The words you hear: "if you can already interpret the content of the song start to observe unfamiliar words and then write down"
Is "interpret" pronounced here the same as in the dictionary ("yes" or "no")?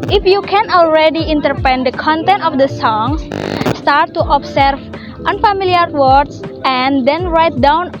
no